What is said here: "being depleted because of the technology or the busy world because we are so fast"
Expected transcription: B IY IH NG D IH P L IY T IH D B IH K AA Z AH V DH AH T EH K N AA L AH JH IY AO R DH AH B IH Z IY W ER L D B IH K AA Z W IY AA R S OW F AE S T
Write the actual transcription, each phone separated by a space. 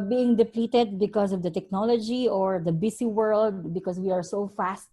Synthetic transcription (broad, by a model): B IY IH NG D IH P L IY T IH D B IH K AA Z AH V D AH T EH K N AA L AH JH IY AO R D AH B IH S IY W ER L D B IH K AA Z W IY AA R S OW F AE S T